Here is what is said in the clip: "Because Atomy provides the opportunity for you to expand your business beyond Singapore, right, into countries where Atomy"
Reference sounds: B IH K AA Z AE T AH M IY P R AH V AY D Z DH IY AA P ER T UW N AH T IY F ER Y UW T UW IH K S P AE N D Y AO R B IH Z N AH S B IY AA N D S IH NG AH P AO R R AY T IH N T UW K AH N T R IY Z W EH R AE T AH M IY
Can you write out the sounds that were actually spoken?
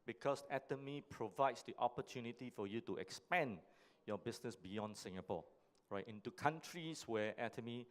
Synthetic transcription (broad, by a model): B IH K AA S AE T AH M IY P R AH V AY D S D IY AA P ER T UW N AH T IY F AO Y UW T UW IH K S P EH N Y AO B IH S N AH S B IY AA N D S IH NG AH P AO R R AY T IH N T UW K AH N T R IY S W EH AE T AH M IY